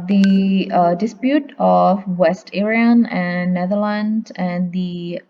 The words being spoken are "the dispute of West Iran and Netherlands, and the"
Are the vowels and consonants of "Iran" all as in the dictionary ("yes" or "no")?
no